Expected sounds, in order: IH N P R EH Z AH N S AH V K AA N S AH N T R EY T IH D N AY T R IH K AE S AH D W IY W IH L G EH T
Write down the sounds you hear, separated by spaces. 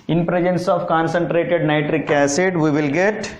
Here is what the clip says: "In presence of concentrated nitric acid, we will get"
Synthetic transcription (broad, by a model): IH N P R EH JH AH N S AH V K AA N S AH N T R EY T IH D N AY T R IH K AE S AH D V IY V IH L G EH T